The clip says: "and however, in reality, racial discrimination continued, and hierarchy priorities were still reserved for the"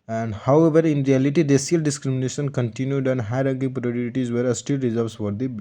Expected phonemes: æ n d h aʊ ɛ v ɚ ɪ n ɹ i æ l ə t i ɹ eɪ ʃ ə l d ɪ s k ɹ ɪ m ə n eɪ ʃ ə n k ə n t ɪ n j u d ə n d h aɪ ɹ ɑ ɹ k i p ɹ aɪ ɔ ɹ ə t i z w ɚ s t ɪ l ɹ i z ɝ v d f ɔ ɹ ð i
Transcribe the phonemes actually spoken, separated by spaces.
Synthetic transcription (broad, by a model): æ n d h aʊ ɛ v ɚ ɪ n ɹ i æ l ə t i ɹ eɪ s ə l d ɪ s k ɹ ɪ m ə n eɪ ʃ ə n k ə n t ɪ n j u d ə n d h aɪ ɹ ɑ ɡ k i p ɹ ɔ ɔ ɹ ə t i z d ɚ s t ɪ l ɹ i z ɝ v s f ɔ ɹ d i